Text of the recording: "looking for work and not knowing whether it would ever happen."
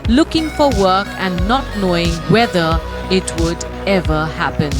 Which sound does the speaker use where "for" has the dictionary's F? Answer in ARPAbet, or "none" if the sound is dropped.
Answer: F